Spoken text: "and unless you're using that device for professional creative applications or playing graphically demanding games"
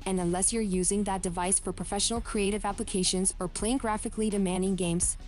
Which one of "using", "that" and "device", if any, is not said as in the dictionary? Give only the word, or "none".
none